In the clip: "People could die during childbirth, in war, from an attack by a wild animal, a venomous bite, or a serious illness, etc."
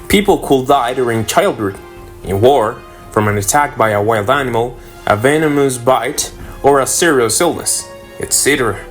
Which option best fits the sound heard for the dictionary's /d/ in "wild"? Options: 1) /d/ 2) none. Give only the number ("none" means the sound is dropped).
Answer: 1